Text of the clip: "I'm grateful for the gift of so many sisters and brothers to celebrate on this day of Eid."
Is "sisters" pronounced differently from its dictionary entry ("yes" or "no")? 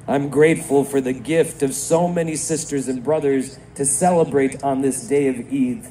no